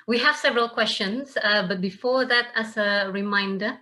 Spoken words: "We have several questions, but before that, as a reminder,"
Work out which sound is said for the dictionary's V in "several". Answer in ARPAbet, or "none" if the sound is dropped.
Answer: V